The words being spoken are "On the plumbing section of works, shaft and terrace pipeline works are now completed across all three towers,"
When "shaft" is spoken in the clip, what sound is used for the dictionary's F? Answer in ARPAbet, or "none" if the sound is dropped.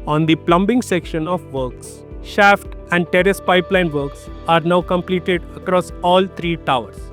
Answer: F